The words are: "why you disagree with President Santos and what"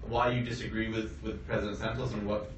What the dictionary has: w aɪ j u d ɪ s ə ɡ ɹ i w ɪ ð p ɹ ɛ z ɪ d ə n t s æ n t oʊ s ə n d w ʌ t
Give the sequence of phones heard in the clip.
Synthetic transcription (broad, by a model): w aɪ j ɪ d ɪ s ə ɡ ɹ i w ɪ ð p ɹ ɛ z ɪ d ə n t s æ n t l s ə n w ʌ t